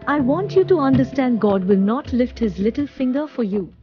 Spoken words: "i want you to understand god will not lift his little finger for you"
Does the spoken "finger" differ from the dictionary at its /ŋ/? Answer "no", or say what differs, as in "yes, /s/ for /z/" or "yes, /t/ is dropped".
no